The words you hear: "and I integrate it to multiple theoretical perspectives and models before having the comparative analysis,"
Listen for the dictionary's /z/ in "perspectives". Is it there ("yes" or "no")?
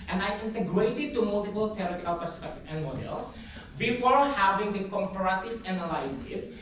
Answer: no